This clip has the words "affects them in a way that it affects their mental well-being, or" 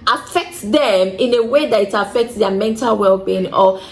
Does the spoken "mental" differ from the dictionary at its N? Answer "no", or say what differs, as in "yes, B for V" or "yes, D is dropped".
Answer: no